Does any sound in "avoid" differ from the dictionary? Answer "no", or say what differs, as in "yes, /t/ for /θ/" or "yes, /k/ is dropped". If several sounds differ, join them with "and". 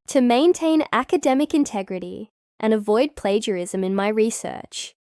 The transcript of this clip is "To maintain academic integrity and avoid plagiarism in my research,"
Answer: no